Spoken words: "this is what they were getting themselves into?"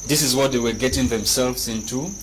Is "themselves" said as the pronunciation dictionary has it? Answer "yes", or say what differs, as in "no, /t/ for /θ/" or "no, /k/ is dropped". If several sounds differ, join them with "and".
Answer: yes